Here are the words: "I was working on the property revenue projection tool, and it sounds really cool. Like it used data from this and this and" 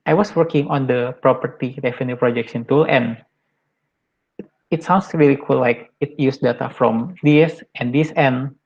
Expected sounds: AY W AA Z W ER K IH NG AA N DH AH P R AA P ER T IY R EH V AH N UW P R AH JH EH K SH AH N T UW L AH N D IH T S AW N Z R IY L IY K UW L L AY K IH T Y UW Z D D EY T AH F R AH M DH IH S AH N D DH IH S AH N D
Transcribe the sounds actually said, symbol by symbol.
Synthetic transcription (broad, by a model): AY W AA S W ER K IH NG AA N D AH P R AA P ER T IY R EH F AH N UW P R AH JH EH K S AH N T UW L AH N IH T S AW N S R IY L IY K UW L L AY K IH T Y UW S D D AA T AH F R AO M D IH S AH N D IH S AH N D